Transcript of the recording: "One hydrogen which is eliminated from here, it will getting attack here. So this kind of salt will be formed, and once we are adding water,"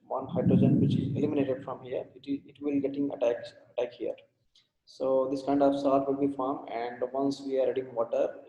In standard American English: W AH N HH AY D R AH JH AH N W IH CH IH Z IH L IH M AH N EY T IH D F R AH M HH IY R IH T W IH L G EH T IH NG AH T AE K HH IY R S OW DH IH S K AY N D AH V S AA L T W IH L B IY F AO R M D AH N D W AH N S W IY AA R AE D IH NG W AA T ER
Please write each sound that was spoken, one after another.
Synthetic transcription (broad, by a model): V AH N HH AY D R AH JH AH N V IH CH IH Z IH L IH M AH N EY T IH D F R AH M HH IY R IH T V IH L G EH T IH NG AH T AE K HH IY R S OW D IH S K AY N D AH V S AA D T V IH L B IY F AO R M AH N D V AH N S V IY AA R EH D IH NG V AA T ER